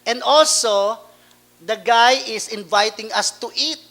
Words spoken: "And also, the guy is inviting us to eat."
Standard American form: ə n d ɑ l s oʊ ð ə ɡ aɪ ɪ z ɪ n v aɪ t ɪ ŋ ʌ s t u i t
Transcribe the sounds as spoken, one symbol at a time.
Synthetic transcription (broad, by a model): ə n d ɑ l s oʊ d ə ɡ aɪ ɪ s ɪ n v aɪ t ɪ ŋ ʌ s t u i t